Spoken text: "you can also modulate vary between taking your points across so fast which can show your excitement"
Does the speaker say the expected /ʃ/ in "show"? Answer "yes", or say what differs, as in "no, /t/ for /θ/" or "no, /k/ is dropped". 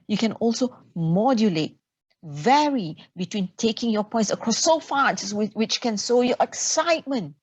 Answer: no, /s/ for /ʃ/